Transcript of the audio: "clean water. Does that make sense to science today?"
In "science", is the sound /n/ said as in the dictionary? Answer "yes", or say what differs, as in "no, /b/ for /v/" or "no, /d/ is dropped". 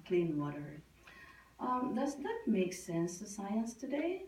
yes